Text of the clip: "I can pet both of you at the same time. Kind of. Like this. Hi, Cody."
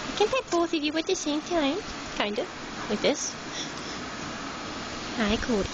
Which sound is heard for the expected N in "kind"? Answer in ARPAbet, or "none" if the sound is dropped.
N